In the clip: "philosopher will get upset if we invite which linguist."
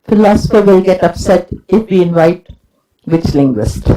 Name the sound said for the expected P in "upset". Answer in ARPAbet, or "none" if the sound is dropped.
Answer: P